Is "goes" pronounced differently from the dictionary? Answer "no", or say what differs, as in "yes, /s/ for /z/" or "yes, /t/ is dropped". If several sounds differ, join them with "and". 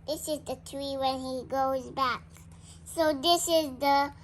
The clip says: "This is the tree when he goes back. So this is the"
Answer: no